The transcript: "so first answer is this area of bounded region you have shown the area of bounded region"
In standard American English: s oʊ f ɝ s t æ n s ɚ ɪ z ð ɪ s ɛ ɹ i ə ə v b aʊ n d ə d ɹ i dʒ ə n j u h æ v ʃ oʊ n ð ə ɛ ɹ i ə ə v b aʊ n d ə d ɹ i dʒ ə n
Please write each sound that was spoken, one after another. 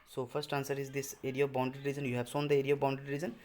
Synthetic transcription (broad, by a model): s oʊ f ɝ s t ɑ n s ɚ ɪ z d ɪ s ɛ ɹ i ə ə v b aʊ n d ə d ɹ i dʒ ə n j u h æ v s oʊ n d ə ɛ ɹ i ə ə v b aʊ n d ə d ɹ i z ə n